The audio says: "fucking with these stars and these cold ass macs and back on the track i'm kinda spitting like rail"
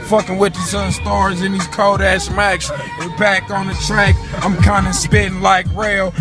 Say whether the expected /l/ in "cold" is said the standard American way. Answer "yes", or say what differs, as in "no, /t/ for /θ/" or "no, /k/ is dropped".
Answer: no, /l/ is dropped